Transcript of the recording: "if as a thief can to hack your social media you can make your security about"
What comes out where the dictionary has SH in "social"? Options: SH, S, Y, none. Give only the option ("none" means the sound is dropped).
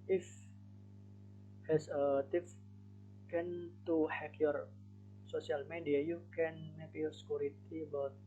S